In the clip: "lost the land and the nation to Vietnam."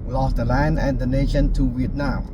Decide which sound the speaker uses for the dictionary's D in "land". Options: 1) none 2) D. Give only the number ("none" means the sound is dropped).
1